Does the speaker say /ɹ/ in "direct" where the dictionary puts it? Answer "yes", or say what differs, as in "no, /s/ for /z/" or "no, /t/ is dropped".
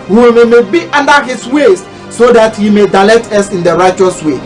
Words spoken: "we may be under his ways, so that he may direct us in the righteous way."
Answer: no, /l/ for /ɹ/